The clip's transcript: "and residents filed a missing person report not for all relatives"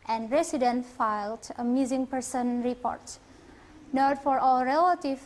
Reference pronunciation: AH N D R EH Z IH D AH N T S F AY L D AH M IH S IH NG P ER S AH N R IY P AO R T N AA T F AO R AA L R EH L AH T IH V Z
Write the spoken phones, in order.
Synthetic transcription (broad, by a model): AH N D R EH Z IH D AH N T F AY L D AH M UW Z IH NG P ER S AH N R IY P AO R T N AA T F AO R AA L R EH L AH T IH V